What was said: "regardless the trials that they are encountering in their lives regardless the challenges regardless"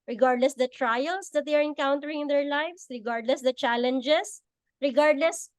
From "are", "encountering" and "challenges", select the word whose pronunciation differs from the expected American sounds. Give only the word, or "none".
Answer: challenges